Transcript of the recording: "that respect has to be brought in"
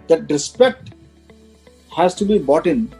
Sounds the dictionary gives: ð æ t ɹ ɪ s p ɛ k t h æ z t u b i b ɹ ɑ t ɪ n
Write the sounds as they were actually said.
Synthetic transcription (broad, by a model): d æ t ɹ ɪ s p ɛ k t h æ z t u b i b ɑ t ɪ n